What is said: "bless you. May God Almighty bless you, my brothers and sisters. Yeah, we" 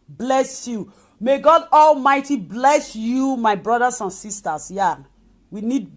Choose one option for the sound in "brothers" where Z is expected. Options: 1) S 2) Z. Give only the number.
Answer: 1